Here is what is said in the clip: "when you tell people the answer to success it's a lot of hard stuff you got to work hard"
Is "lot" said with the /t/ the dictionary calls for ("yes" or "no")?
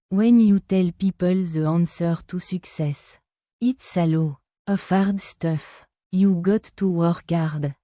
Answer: no